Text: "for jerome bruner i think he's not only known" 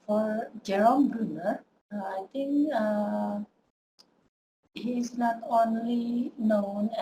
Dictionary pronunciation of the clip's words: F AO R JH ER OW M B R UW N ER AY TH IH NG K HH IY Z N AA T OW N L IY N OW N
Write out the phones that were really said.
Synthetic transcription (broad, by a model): F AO R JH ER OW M B R UW N ER AY T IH NG K HH IY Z N AA T OW N L IY N OW N